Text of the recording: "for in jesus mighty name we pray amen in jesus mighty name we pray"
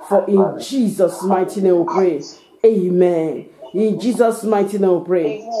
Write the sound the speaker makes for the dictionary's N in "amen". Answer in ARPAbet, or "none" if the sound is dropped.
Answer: N